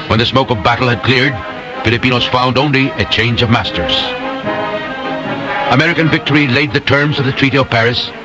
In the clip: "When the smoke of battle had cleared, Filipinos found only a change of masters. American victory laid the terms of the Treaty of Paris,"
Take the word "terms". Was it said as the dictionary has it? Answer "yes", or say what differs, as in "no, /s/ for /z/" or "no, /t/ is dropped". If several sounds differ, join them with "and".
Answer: yes